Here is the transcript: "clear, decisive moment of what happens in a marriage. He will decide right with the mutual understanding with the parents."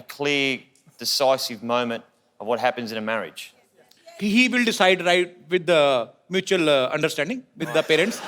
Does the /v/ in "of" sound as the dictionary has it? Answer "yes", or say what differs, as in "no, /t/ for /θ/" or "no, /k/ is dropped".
yes